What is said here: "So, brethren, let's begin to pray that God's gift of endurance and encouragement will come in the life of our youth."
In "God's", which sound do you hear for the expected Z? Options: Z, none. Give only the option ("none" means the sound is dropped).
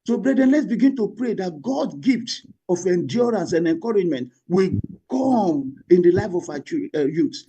none